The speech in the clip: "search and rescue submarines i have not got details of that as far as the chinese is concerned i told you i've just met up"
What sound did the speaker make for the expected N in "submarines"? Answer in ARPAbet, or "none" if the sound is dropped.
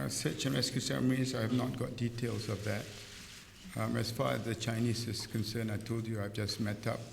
none